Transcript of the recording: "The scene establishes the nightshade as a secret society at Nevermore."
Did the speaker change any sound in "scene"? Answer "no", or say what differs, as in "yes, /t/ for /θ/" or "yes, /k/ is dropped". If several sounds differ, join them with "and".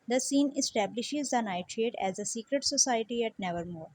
no